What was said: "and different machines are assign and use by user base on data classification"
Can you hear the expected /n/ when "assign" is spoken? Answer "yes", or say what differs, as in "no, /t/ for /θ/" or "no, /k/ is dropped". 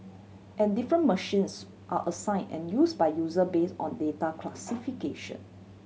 yes